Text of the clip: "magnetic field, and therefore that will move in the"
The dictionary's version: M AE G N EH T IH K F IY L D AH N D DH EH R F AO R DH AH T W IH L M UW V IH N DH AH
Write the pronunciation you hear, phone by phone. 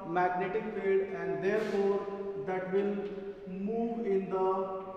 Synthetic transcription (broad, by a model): M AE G N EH T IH K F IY D AH N D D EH R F AO R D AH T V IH L M UW V IH N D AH